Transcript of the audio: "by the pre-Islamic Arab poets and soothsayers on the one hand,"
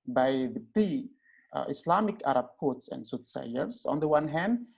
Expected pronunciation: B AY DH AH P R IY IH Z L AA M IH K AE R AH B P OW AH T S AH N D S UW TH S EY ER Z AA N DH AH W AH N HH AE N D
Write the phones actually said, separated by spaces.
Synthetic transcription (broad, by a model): B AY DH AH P IY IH S L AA M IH K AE R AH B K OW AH T S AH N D S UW T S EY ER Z AA N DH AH W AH N HH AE N D